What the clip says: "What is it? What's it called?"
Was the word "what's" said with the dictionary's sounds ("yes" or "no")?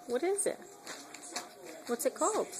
yes